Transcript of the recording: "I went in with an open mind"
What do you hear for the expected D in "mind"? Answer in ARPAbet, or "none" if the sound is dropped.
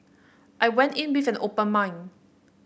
none